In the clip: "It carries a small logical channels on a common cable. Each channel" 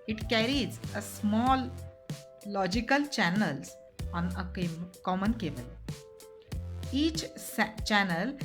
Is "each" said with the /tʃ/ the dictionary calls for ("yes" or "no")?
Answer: yes